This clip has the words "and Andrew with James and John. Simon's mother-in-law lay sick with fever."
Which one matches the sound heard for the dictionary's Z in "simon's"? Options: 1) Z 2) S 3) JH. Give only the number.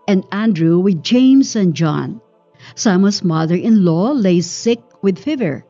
2